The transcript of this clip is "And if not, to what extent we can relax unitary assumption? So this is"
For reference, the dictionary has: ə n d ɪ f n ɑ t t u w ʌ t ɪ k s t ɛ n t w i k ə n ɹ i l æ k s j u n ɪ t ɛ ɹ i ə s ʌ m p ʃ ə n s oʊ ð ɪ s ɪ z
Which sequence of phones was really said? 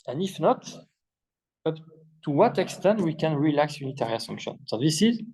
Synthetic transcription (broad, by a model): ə n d ɪ f n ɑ t t u w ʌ t ɪ k s t ɛ n t w i k ə n ɹ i l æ k s j u n ɪ t ɛ ɹ i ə s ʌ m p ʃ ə n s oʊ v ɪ s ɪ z